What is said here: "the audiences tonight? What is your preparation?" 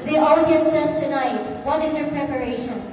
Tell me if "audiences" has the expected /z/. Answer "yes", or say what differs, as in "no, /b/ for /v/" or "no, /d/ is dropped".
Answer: no, /s/ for /z/